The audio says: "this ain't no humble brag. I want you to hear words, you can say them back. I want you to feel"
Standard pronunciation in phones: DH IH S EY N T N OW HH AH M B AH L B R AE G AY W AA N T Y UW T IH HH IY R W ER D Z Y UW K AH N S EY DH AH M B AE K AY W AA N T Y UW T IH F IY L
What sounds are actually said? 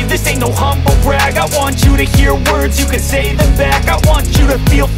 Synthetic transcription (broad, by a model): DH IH S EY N N OW HH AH M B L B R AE G AY W AA N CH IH T IH HH IY R W ER D Z Y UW K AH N S EY DH AH M B AE K AY W AA N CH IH T IH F IY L